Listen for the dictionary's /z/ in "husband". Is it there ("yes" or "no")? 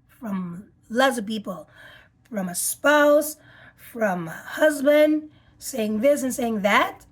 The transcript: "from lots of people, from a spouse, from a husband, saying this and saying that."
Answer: yes